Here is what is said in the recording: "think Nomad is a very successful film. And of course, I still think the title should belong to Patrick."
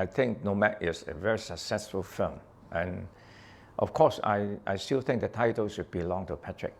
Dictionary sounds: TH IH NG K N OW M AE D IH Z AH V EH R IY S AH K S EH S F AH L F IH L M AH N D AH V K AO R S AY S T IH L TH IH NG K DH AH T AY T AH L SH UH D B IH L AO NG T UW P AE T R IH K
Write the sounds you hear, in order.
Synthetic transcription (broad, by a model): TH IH NG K N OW M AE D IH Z AH V EH R IY S AH K S EH S F AH L F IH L M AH N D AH F K AO S AY S T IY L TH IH NG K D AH T AY T AH L S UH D B IH L AO NG T UW P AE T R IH K